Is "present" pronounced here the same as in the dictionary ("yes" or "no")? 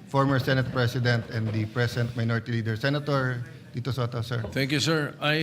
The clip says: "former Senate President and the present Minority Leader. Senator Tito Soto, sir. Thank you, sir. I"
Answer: no